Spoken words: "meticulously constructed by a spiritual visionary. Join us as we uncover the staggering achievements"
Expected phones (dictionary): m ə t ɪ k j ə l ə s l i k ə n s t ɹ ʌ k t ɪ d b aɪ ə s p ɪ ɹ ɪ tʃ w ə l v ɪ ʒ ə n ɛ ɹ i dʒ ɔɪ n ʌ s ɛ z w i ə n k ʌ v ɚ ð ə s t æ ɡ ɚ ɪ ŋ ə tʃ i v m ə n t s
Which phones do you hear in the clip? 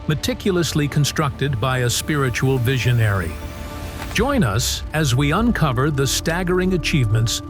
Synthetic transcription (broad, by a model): m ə t ɪ k j l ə s l i k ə n s t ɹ ʌ k t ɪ d b aɪ ə s p ɪ ɹ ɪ tʃ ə l v ɪ ʒ ə n ɛ ɹ i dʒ ɔɪ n ʌ s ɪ z w i ə n k ʌ v ɚ ð ə s t æ ɡ ɚ ɪ ŋ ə tʃ i v m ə n t s